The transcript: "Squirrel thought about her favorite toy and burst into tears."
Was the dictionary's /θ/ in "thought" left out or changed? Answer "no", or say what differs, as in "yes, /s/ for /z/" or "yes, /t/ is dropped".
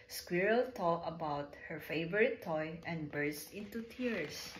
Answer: yes, /t/ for /θ/